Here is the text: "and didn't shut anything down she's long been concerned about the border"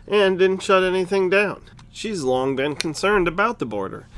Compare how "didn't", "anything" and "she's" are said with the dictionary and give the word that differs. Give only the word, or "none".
none